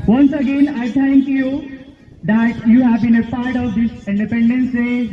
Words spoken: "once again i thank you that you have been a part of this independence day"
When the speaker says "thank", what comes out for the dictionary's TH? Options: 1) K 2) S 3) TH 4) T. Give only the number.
4